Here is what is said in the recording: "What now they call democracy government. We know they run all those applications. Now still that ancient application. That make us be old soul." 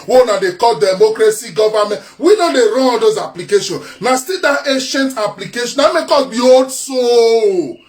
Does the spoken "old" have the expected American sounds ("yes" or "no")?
no